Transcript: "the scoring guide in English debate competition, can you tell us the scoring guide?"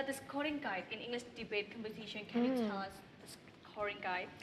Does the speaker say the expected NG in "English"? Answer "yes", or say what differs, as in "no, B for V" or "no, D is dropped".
yes